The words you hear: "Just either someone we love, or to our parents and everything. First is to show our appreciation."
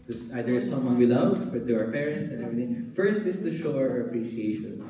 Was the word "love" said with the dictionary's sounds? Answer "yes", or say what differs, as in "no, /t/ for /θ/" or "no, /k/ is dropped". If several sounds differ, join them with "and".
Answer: no, /f/ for /v/